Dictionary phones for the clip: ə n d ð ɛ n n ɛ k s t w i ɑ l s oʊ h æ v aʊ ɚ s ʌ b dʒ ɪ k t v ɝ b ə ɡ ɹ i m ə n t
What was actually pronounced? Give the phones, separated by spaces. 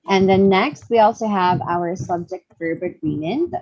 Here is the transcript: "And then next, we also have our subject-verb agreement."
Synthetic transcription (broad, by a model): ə n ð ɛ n n ɛ k s t w i ɑ l s oʊ h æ v aʊ ɚ s ʌ b dʒ ɪ k t f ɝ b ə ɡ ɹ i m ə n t